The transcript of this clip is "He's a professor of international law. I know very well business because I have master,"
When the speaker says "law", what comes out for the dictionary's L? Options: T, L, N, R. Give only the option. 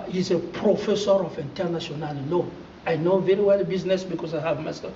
N